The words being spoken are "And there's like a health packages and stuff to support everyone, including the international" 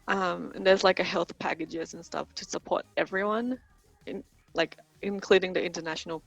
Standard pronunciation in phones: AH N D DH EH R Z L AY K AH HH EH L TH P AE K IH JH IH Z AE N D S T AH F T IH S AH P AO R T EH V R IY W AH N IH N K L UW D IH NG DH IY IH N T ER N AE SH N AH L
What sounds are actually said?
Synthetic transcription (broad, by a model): AH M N DH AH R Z L AY K AH HH EH L TH P AE K IH JH IH Z N S T AH F T IH S AH P AO R T EH V R IY W AH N IH N K L UW D IH NG DH IY IH N T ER N AE SH N L